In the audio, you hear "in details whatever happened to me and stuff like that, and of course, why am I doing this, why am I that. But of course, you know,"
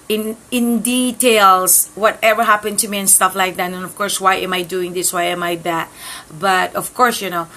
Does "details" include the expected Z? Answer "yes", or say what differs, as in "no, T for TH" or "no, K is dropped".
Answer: no, S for Z